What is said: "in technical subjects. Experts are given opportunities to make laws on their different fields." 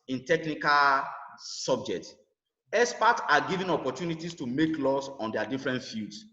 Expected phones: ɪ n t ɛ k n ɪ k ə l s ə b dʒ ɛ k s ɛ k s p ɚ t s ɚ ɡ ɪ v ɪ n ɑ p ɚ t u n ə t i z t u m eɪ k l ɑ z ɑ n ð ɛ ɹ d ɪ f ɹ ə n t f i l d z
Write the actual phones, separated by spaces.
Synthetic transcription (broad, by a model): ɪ n t ɛ k n ɪ k ə l s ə b dʒ ɛ k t ɛ s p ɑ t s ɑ ɡ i v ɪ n ɑ p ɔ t u n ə t i s t u m eɪ k l ɑ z ɑ n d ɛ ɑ d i f ɹ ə n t f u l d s